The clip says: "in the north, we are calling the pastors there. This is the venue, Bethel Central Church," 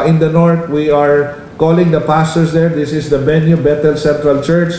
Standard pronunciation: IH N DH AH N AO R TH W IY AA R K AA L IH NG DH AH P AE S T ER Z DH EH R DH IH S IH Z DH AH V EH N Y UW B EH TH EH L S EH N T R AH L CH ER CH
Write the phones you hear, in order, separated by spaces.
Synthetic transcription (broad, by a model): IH N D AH N AO R T W IY AA R K AA L IH NG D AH P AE S T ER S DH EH R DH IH S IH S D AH B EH N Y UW B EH T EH L S EH N T R AH L CH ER CH